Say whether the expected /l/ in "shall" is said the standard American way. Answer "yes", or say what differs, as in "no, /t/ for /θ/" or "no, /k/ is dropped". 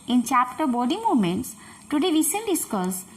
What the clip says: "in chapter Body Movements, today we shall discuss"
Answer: no, /n/ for /l/